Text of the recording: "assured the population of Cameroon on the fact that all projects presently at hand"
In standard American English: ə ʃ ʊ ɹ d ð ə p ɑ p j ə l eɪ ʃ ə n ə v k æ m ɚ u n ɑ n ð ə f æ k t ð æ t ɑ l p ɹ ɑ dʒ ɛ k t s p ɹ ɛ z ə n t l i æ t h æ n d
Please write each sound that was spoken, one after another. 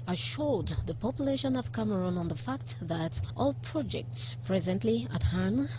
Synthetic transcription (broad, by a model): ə ʃ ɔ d ð ə p ɑ p j ə l eɪ ʃ ə n ə v k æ m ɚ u n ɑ n ð ə f æ k t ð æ t ɑ l p ɹ ɑ dʒ ɛ k t s p ɹ ɛ z ə n t l i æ t h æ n